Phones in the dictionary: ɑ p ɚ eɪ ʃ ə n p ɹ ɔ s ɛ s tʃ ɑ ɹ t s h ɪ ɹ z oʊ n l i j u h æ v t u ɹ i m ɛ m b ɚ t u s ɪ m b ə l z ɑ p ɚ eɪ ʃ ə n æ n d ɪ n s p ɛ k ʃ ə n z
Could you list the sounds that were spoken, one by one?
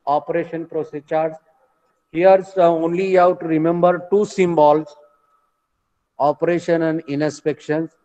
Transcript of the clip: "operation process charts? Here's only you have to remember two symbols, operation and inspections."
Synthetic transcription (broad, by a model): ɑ p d eɪ ʃ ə n p ɹ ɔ s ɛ tʃ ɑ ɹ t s h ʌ ɹ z oʊ n l i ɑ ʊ t u ɹ i m ɛ m b ɚ t u s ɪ m b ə l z ɑ p ɚ eɪ ʃ ə n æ n d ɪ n s p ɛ k ʃ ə n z